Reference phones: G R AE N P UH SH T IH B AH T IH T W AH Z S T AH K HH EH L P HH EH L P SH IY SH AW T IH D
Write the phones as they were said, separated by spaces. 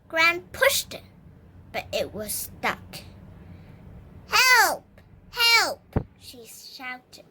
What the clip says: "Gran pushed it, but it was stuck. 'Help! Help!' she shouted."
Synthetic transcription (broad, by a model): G R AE N P UH SH T IH B AH T IH T W AH Z S T AH K HH EH L P HH EH L P SH IY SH AW T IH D